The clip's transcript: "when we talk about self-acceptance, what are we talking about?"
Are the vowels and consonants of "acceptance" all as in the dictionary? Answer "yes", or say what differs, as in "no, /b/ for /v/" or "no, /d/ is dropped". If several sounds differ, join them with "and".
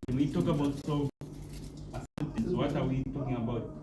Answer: no, /k/ is dropped